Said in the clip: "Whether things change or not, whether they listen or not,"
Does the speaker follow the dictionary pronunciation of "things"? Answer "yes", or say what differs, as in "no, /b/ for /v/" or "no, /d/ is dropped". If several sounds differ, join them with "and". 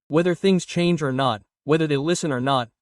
yes